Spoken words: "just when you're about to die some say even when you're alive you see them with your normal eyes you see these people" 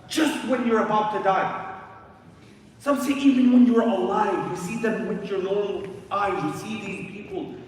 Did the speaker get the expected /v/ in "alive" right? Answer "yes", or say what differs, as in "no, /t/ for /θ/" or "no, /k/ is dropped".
yes